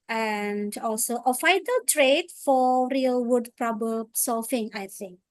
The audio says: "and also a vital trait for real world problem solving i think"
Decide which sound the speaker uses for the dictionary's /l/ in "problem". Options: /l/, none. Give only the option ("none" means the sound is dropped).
none